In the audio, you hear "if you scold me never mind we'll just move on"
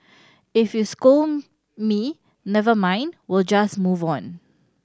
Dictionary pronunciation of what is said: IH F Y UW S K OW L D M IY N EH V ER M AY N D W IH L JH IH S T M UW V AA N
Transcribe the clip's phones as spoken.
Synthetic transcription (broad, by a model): IH F Y UW S K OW M IY N EH V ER M AY N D W IH L JH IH S M UW V AA N